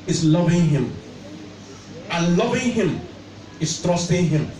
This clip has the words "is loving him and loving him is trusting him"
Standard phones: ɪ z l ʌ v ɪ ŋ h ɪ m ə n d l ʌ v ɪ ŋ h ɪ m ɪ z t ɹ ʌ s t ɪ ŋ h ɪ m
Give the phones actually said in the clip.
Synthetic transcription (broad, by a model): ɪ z l ʌ v ɪ ŋ h ɪ m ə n l ʌ v ɪ ŋ h ɪ m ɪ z t ɹ ʌ s t ɪ ŋ h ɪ m